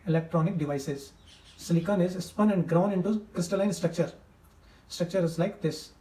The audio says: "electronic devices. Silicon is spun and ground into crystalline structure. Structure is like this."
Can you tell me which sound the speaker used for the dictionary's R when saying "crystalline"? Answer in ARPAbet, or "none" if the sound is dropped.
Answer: R